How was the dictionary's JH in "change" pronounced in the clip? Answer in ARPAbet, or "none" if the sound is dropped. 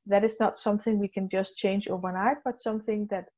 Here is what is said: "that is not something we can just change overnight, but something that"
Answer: JH